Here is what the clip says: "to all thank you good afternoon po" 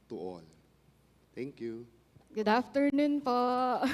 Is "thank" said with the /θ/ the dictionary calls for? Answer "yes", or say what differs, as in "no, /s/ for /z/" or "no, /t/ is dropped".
no, /t/ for /θ/